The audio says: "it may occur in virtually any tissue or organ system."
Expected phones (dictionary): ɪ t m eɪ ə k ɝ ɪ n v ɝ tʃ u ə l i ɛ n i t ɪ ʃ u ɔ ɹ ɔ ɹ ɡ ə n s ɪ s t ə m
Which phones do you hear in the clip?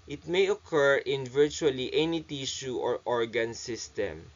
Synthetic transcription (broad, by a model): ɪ t m eɪ ə k ɝ ɪ n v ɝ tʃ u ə l i ɛ n i t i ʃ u ɔ ɹ ɔ ɹ ɡ ə n s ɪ s t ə m